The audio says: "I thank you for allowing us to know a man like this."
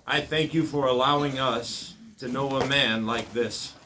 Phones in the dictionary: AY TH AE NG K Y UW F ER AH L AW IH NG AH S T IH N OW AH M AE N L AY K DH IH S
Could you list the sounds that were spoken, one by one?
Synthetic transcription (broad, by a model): AY TH AE NG K Y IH F ER AH L AW IH NG AH S T IH N OW AH M AE N L AY K DH IH S